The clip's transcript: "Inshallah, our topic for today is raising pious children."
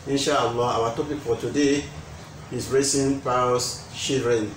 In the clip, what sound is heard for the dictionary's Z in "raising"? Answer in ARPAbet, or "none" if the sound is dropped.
S